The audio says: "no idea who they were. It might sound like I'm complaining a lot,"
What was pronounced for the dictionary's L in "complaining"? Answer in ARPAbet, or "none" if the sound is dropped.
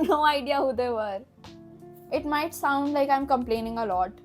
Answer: L